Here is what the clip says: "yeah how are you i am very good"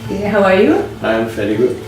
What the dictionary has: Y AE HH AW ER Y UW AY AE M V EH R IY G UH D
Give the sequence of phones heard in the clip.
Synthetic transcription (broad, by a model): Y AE HH AW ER Y UW AY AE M F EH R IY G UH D